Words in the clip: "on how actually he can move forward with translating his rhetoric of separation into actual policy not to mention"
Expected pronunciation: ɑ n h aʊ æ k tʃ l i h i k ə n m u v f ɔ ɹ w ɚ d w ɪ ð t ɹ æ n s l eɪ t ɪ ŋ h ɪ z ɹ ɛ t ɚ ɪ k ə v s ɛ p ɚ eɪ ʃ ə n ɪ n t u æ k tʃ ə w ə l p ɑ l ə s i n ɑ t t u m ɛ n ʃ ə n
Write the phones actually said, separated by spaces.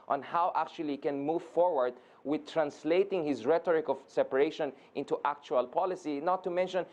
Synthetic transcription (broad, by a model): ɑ n h aʊ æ k tʃ i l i k ə n m u v f ɔ ɹ w ɚ d w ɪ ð t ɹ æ n s l eɪ t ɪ ŋ h ɪ z ɹ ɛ t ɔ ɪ k ə v s ɛ p ɚ eɪ ʃ ə n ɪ n t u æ k tʃ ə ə l p ɑ l ə s i n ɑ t t u m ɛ n ʃ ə n